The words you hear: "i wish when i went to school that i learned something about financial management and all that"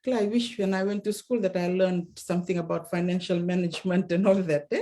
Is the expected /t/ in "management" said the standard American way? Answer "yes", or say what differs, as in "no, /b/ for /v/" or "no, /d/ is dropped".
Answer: yes